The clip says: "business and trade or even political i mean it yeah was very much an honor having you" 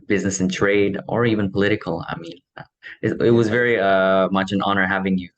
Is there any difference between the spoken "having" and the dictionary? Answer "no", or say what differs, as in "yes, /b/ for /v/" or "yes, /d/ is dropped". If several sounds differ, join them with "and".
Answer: no